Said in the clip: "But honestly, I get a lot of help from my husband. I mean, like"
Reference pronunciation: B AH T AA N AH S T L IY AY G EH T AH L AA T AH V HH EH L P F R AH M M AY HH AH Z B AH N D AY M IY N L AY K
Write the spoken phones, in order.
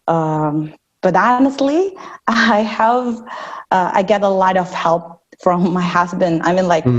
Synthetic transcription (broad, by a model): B AH T AA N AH S T L IY AY G EH T AH L AA T AH V HH EH L P F R AH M M AY HH AH Z B AH N D AY M IY N L AY K